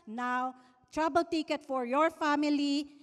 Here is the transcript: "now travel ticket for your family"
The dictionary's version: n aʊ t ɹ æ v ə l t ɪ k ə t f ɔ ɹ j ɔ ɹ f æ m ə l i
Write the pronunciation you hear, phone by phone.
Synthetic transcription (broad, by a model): n aʊ t ɹ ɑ b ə l t ɪ k ə t f ɔ ɹ j ɔ ɹ f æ m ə l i